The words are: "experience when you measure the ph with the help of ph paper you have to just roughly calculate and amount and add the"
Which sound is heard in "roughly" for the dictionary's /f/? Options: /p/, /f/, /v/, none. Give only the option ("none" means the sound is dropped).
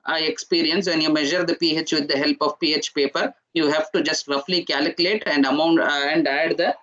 /f/